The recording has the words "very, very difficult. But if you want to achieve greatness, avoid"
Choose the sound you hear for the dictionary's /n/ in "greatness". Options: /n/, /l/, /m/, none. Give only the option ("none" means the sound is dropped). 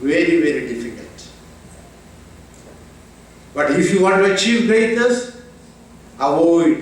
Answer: none